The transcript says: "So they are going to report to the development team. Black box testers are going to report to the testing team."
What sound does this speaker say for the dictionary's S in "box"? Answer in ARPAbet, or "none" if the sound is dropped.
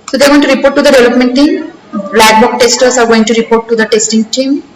none